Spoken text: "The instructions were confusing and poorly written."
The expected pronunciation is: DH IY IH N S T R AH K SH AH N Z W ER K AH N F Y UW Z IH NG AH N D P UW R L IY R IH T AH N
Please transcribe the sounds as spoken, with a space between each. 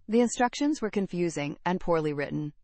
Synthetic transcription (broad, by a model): DH IY IH N S T R AH K SH AH N Z W ER K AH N F Y UW Z IH NG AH N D P UW R L IY R IH T N